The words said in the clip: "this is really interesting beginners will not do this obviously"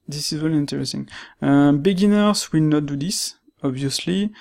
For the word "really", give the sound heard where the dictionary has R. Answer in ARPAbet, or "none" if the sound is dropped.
W